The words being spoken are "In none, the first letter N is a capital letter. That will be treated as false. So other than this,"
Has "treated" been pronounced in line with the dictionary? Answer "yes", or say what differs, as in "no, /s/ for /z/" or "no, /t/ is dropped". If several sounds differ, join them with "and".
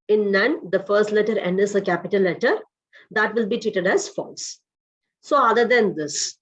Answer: no, /ɹ/ is dropped